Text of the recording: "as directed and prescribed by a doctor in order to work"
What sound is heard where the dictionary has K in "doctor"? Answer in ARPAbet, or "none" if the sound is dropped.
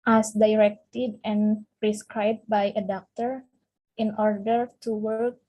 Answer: K